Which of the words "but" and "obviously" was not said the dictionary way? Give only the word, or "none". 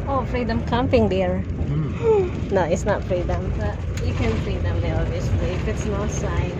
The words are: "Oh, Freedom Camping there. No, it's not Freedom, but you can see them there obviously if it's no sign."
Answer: obviously